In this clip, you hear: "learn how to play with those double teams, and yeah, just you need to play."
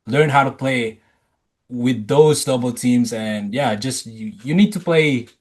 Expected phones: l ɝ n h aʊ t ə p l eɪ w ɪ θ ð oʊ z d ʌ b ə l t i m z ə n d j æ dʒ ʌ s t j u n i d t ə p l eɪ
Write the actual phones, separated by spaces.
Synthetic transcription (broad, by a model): l ɝ n h aʊ t ə p l eɪ w ɪ ð oʊ z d ʌ b l t i m z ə n j æ dʒ ʌ s t j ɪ n i d t ə p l eɪ